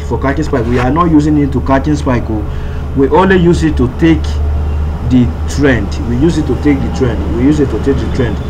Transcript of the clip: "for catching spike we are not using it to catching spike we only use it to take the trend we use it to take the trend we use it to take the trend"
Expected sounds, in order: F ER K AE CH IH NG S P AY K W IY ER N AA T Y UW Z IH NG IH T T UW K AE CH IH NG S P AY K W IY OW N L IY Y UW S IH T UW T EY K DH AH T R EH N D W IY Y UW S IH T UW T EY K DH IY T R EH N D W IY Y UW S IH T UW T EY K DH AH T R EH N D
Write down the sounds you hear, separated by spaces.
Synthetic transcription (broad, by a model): F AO K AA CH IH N S P AY K W IY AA N AA T Y UW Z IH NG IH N T UW K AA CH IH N S P AY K W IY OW L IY Y UW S IH T UW T EY K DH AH T R EH N D W IY Y UW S IH T UW T EY K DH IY T R EH N D W IY Y UW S IH T UW T EY K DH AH T R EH N D